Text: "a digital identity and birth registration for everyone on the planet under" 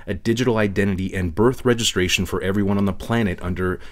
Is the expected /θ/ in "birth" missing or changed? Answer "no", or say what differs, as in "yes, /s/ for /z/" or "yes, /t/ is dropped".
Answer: no